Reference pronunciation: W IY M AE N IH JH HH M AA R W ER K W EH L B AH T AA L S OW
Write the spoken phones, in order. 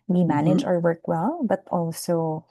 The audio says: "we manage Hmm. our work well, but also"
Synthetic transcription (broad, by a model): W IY M AE N IH JH AA R W ER K W EH L B AH T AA L S OW